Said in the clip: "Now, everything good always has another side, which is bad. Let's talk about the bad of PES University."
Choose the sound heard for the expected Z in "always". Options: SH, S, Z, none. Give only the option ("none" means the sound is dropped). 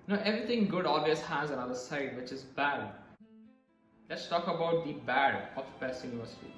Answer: S